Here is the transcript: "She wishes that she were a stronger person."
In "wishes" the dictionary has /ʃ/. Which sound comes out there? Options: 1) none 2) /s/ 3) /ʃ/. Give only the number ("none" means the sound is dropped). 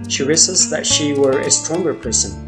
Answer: 2